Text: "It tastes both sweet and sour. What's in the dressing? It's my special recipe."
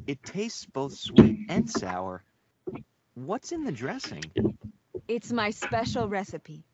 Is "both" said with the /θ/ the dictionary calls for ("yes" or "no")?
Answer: yes